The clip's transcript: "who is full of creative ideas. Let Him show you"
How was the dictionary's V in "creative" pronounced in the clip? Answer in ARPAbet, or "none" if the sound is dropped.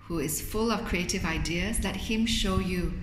V